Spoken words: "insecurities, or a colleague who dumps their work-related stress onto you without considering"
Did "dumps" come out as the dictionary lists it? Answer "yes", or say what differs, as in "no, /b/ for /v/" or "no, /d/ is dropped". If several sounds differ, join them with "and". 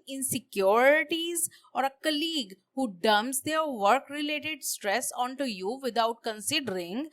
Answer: no, /p/ is dropped